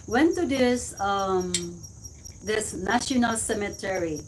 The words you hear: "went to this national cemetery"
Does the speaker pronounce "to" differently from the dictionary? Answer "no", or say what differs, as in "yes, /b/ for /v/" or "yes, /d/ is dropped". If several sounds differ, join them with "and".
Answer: yes, /s/ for /t/